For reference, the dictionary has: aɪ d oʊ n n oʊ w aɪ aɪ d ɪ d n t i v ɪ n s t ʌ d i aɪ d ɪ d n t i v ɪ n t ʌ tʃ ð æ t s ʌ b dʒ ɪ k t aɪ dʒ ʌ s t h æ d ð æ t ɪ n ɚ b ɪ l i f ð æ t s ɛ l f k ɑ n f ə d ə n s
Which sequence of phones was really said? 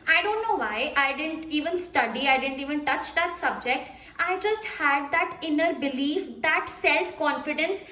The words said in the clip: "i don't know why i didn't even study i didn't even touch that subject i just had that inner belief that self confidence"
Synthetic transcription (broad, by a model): aɪ d oʊ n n oʊ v aɪ aɪ d ɪ d n t i v ɪ n s t ʌ d i aɪ d ɪ d n t i v ɪ n t ʌ tʃ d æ t s ʌ b dʒ ɪ k t aɪ dʒ ʌ s t h æ d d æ t ɪ n ɚ b ɪ l i f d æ t s ɛ l f k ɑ n f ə d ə n s